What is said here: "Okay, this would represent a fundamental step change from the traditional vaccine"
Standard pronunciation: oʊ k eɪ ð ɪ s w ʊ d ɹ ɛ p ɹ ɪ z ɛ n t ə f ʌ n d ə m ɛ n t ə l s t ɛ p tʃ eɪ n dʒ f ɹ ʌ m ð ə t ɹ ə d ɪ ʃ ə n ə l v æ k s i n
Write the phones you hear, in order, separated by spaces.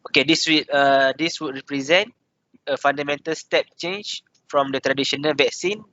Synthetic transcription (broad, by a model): oʊ k eɪ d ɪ s w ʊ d ɹ ɛ p ɹ ɪ z ɛ n t ə f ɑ n d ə m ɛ n t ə l s t ɛ p tʃ eɪ n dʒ f ɹ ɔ m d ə t ɹ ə d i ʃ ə n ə l v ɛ k s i n